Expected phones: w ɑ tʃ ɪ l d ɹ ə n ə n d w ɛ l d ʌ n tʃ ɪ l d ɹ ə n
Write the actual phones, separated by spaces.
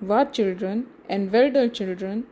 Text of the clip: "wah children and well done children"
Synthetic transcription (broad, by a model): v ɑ tʃ ɪ l d ɹ ə n ə n d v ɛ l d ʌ l tʃ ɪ l d ɹ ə n